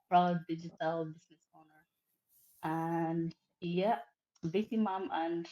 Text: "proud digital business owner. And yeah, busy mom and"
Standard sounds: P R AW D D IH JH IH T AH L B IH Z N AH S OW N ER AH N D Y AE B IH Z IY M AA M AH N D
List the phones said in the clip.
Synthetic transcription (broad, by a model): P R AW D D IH JH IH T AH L B IH Z N AH S OW N ER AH N Y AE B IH S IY M AA M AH N